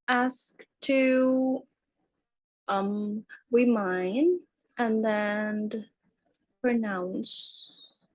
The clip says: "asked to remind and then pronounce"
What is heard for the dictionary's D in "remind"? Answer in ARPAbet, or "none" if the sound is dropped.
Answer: none